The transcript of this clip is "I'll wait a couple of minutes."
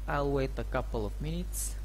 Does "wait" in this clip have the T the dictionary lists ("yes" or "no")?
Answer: yes